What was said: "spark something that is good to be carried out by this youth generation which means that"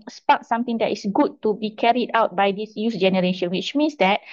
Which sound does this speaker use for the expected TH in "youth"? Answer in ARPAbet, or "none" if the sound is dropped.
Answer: S